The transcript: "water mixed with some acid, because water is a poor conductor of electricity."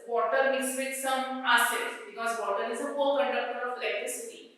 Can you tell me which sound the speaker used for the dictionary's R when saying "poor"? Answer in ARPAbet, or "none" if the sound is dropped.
L